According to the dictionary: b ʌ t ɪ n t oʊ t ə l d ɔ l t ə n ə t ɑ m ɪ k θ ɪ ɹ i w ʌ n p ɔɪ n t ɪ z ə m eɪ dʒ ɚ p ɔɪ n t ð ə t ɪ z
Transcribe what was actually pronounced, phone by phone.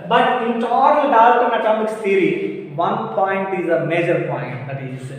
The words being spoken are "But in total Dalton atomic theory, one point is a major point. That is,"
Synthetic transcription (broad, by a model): b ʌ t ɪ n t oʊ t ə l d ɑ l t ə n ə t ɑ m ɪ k s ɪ ɹ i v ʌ n p ɔɪ n t ɪ z ə m eɪ dʒ ɚ p ɔɪ n t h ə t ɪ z